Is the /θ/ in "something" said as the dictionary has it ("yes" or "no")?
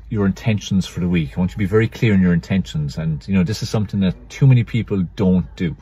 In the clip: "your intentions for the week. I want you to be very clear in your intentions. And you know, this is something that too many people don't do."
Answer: yes